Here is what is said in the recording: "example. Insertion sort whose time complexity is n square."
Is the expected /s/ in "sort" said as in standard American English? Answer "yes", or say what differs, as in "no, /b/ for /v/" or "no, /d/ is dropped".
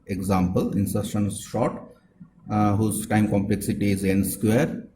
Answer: no, /ʃ/ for /s/